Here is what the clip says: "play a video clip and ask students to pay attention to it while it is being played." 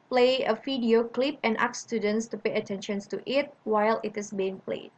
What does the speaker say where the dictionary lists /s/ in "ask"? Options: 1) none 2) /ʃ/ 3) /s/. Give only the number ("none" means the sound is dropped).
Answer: 1